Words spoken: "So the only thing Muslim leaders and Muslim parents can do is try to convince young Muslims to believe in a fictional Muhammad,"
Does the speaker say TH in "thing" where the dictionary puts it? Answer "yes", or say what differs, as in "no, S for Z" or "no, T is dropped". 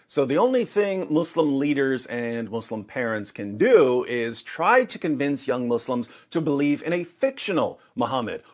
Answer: yes